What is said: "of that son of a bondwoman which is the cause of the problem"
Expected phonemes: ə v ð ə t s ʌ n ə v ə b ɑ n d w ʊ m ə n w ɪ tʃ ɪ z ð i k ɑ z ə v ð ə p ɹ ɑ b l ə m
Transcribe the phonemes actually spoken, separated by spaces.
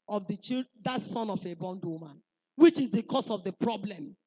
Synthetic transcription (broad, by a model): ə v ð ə t s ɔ n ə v ə b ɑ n d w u m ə n w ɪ tʃ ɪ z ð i k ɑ s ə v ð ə p ɹ ɑ b l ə m